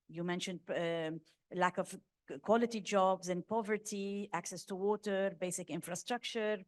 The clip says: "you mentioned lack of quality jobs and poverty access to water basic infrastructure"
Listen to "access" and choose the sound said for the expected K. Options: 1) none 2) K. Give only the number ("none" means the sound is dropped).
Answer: 2